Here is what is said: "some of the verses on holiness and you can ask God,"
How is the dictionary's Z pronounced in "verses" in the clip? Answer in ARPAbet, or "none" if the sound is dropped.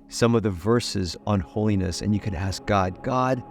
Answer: Z